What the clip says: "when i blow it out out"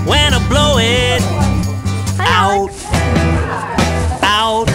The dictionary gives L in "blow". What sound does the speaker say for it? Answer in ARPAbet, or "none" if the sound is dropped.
L